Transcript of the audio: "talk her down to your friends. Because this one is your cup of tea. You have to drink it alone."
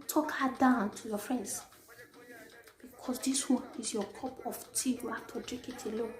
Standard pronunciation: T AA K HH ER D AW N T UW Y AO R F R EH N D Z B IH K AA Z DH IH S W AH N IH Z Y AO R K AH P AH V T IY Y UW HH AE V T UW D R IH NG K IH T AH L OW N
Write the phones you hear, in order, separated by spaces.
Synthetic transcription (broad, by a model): T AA K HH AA D AW N T UW Y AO F R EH N D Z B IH K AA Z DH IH S W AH N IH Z Y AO K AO P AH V T IY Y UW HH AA F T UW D R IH K IH T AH L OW